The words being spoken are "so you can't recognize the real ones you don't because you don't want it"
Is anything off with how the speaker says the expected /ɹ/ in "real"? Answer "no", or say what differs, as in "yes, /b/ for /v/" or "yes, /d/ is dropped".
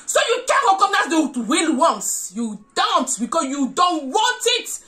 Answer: yes, /w/ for /ɹ/